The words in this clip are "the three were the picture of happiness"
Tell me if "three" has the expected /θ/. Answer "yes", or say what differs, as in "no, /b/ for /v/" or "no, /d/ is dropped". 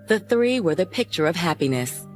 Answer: yes